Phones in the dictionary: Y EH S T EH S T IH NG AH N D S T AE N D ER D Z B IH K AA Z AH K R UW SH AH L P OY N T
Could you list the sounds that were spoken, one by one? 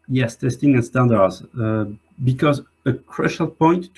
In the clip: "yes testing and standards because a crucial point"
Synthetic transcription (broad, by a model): Y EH S T EH S T IH NG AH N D S T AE N D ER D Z B IH K AA Z AH K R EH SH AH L P OY N T